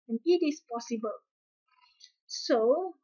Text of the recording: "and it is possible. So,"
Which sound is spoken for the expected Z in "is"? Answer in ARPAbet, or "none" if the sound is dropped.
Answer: S